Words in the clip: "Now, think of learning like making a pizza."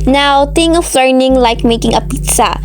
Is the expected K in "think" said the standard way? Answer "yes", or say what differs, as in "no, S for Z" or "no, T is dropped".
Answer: no, K is dropped